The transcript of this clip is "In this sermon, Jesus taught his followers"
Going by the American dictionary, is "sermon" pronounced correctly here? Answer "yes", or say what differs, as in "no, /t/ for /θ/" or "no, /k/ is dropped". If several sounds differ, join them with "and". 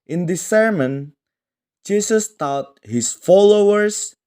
yes